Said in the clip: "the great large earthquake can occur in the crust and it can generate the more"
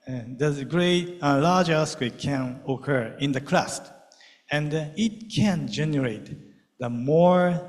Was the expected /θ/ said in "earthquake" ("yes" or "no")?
no